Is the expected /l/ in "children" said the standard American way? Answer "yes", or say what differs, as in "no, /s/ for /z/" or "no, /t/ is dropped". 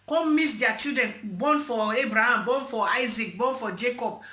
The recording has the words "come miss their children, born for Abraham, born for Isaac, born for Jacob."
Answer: no, /l/ is dropped